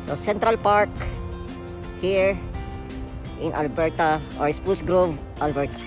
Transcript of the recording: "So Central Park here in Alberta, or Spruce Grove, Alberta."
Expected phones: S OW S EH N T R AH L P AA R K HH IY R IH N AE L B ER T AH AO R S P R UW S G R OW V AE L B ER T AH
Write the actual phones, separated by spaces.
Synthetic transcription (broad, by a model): S OW S EH N T R AH L P AA R K HH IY R IH N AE L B ER T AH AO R S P UW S G R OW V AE L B ER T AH